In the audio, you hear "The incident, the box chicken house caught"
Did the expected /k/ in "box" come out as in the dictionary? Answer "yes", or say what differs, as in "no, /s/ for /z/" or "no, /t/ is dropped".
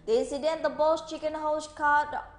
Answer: no, /k/ is dropped